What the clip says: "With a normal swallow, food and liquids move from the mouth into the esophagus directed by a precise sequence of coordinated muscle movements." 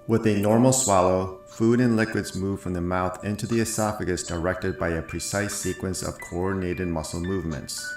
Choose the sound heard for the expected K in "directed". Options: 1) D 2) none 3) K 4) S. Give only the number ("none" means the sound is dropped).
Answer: 3